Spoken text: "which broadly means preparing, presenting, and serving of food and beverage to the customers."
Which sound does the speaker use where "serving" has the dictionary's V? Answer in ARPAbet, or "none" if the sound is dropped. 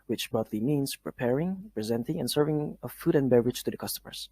V